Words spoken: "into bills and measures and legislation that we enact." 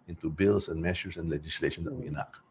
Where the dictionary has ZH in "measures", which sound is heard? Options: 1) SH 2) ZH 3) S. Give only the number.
1